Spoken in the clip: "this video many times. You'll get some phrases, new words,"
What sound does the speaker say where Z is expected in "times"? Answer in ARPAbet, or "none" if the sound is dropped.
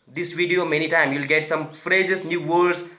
none